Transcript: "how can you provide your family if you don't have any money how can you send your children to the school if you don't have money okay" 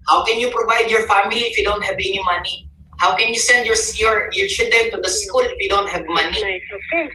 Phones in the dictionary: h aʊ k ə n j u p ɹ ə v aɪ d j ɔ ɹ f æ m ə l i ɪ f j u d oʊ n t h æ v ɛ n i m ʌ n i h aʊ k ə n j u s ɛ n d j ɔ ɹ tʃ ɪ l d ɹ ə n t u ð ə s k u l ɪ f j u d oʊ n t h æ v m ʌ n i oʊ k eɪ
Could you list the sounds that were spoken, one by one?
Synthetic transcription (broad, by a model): h aʊ k ə n j u p ɹ ə v aɪ d j ɔ ɹ f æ m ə l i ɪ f j u d oʊ n t h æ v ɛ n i m ʌ n i h aʊ k ə n j u s ɛ n d j ɔ ɹ s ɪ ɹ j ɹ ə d t u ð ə s k u l ɪ f j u d oʊ n t h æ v m ʌ n i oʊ